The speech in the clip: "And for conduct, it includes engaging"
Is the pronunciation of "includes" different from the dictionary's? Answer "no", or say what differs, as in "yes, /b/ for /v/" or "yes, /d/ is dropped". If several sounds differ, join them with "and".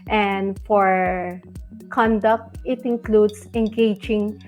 yes, /s/ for /z/